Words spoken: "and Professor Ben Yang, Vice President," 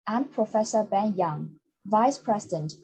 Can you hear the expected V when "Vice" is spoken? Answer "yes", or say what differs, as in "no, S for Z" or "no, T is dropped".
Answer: yes